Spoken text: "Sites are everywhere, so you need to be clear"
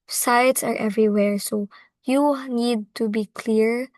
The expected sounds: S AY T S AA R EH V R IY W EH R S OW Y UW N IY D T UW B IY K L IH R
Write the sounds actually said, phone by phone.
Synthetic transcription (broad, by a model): S AY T S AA R EH V R IY W EH R S OW Y UW N IY D T UW B IY K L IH R